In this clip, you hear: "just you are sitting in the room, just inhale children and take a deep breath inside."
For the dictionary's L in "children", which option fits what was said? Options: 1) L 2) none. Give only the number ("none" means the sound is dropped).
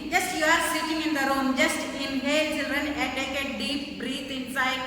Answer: 2